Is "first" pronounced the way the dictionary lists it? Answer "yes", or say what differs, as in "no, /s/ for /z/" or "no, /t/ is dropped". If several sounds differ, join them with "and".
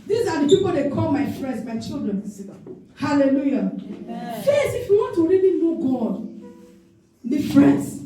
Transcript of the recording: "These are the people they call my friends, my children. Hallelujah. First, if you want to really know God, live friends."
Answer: no, /t/ is dropped